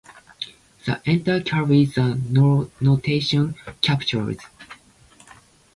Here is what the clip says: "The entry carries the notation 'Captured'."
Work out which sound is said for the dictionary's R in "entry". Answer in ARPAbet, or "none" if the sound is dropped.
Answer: none